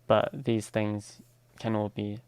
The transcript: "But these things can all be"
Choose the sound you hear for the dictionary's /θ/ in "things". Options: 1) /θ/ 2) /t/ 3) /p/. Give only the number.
1